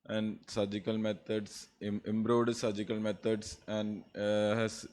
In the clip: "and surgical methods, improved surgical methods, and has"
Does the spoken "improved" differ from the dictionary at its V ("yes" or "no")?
yes